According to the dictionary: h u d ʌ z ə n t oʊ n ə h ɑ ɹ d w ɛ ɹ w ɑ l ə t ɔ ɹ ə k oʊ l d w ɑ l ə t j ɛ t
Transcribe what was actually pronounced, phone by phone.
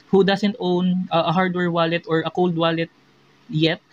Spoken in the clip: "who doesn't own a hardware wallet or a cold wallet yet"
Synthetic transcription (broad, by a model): h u d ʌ s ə n t oʊ n ə h ɑ ɹ d w ɛ ɹ w ɑ l ə t ɔ ɹ ə k oʊ l d w ɑ l ə t j ɛ t